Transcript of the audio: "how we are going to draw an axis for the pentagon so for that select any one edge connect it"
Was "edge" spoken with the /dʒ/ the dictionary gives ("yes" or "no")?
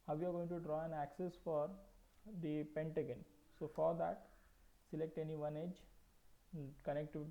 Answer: yes